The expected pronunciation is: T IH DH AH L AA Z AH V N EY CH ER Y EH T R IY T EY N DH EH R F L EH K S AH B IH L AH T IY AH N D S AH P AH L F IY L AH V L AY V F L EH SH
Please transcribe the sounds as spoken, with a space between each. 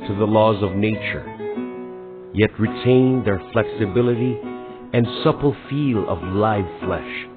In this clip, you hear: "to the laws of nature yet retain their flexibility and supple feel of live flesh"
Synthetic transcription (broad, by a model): T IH DH AH L AA Z AH V N EY CH ER Y EH T R IY T EY N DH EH R F L EH K S AH B IH L AH T IY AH N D S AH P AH L F IY L AH V L AY V F L EH SH